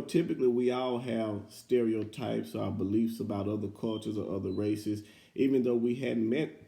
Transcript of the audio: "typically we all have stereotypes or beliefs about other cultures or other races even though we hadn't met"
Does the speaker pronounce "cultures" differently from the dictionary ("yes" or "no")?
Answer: no